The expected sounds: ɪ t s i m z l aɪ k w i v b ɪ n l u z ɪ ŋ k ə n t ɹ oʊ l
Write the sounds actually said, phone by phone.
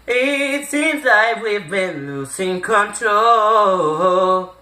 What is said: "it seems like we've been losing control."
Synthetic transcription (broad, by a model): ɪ t s i m z l aɪ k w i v b ɪ n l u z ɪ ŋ k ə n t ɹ oʊ l